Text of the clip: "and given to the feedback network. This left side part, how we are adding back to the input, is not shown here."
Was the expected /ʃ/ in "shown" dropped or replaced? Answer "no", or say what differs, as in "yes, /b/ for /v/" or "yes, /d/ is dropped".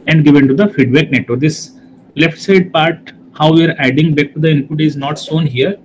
yes, /s/ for /ʃ/